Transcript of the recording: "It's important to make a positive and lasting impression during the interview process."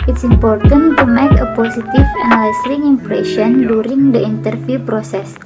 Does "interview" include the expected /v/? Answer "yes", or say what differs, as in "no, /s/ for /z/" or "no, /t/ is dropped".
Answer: no, /f/ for /v/